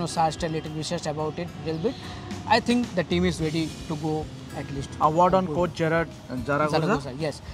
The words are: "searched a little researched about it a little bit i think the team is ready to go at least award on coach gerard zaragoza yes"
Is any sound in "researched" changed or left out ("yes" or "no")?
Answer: yes